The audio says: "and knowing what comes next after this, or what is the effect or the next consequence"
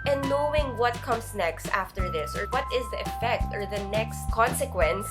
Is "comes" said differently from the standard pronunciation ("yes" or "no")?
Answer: yes